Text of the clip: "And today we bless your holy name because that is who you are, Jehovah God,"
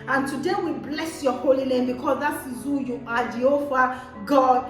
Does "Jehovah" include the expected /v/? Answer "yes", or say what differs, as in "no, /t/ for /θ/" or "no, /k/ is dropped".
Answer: no, /f/ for /v/